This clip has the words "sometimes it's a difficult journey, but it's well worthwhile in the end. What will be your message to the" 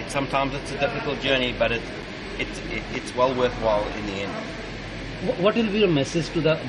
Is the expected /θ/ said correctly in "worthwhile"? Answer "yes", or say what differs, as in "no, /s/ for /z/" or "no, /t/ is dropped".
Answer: yes